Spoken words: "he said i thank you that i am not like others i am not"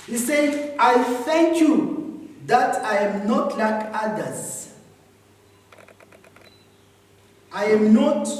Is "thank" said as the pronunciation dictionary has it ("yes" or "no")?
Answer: no